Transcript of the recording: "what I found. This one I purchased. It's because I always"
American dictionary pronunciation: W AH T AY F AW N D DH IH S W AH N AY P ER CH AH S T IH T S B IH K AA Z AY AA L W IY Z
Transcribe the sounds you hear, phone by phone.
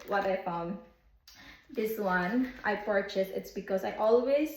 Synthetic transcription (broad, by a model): W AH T AY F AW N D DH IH S W AH N AY P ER CH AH S IH T S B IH K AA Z AY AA L W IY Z